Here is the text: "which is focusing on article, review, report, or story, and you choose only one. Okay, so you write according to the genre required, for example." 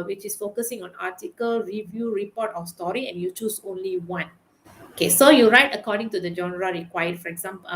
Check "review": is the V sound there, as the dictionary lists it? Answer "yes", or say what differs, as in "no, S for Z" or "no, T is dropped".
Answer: yes